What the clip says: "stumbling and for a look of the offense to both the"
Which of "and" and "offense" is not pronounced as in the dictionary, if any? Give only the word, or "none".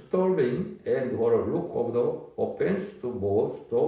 offense